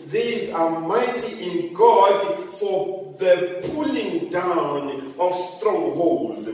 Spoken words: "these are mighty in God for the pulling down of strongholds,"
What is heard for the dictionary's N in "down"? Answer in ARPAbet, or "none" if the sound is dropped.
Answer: N